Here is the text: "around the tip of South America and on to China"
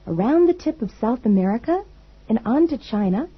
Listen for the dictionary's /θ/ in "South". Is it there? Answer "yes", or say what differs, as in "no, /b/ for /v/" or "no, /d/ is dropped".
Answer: yes